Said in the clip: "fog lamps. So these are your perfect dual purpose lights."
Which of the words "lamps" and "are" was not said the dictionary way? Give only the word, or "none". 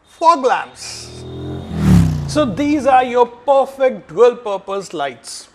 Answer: lamps